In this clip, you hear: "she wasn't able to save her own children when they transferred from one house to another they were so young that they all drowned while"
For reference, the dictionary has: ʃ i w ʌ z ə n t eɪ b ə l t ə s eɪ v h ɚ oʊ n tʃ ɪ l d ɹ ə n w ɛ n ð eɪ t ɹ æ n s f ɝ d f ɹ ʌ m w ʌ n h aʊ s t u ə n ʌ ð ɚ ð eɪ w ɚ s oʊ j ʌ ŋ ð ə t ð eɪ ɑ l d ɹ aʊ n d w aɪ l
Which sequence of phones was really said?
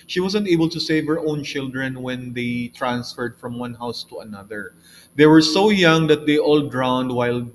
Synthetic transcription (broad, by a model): ʃ i w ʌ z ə n t eɪ b ə l t ə s eɪ v h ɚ oʊ n tʃ ɪ l d ɹ ə n w ɛ n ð eɪ t ɹ æ n s f ɝ d f ɹ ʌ m w ʌ n h aʊ s t u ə n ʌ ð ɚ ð eɪ w ɚ s oʊ j ʌ ŋ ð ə t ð eɪ ɑ l d ɹ aʊ n d w aɪ l